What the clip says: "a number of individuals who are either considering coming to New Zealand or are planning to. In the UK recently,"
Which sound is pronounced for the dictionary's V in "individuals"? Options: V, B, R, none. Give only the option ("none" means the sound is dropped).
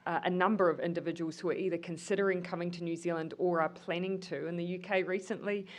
V